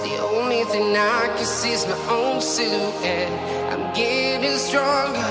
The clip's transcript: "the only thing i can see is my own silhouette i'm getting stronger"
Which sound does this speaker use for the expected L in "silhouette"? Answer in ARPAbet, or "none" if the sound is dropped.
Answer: none